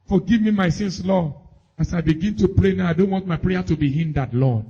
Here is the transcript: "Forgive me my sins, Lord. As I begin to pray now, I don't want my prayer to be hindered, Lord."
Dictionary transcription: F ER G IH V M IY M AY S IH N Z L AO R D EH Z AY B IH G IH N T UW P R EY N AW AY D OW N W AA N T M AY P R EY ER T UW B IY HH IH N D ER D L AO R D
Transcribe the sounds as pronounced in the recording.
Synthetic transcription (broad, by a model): F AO G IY V M IY M AY S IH N S L AO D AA S AY B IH G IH N T UW P R EY N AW AY D OW N W AA N T M AY P R EY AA T UW B IY HH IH N D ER D L AO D